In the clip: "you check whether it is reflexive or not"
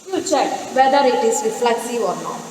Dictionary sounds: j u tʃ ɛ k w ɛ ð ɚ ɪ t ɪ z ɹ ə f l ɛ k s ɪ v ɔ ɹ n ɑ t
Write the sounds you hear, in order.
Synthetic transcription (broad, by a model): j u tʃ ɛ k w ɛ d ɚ ɪ t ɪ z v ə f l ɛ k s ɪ ɔ ɹ n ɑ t